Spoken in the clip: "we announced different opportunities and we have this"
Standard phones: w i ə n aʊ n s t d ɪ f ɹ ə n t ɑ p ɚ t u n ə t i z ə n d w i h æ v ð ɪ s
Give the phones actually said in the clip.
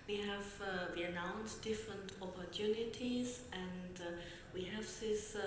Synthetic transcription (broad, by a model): w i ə n aʊ n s d ɪ f ɹ ə n t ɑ p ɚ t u n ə t i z ə n d w i h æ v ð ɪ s